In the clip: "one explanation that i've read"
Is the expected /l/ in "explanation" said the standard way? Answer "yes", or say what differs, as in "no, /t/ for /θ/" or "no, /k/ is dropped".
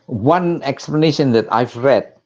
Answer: yes